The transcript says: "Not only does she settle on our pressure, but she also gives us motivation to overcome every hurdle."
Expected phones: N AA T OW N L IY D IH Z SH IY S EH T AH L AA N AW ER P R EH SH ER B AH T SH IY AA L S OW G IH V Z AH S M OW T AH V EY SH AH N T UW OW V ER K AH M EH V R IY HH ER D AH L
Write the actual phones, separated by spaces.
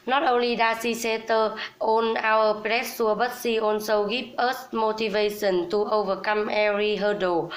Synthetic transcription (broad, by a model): N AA T OW N L IY D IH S IY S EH T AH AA N AW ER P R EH S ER B AH T S IY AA N S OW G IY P AH S M OW T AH V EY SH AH N T UW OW V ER K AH M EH R IY HH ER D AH